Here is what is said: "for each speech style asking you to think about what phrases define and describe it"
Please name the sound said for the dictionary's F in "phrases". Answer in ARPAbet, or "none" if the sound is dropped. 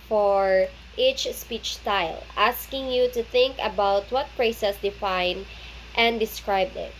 P